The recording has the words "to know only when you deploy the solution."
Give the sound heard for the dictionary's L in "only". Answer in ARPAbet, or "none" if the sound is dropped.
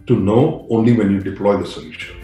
L